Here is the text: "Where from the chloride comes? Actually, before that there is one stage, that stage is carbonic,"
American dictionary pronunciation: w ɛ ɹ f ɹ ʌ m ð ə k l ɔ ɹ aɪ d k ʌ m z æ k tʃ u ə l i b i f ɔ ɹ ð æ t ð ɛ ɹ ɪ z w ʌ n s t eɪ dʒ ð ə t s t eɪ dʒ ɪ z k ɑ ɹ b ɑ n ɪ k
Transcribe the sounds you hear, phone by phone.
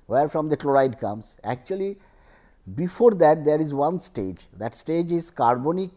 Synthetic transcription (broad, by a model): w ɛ ɹ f ɹ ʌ m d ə k l ɔ ɹ aɪ d k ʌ m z æ k tʃ u ə l i b i f ɔ ɹ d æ t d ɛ ɹ ɪ z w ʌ n s t eɪ dʒ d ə t s t eɪ dʒ ɪ z k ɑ ɹ b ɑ n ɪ k